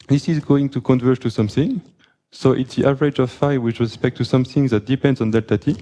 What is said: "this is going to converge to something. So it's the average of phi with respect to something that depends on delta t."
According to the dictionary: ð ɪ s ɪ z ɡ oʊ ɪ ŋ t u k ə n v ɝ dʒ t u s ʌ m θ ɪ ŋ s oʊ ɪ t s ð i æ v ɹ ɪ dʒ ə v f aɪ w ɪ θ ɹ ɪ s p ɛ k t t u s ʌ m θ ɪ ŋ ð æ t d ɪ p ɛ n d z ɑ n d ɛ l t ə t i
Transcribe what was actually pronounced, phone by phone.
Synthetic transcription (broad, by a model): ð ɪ s ɪ z ɡ oʊ ɪ ŋ t u k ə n v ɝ t u s ʌ m θ ɪ ŋ s oʊ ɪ t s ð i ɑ v ɹ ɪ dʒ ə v f aɪ w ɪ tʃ ɹ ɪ s p ɛ k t t u s ʌ m θ ɪ ŋ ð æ t d ɪ p ɛ n d z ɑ n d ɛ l t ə t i